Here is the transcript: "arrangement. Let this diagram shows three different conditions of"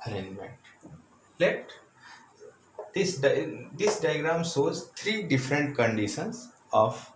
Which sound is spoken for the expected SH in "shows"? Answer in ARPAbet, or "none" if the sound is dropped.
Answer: S